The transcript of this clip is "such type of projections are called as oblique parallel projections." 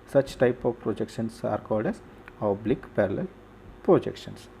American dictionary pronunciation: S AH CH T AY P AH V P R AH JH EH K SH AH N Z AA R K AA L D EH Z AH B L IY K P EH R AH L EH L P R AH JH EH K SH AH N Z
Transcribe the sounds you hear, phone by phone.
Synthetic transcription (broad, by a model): S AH CH T AY P AH V P R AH JH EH K SH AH N S AA R K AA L D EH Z AH B L IY K P EH R AH L EH L P R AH JH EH K SH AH N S